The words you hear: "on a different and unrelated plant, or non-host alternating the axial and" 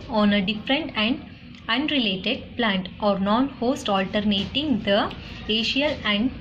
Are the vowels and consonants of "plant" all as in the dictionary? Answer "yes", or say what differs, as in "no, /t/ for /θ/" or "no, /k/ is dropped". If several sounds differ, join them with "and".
yes